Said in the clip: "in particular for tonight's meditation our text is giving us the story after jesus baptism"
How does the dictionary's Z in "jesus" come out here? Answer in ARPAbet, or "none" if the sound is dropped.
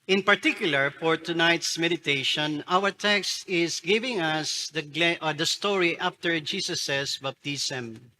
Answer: S